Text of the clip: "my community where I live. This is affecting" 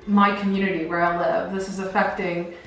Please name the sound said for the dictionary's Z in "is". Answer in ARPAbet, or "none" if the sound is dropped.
Z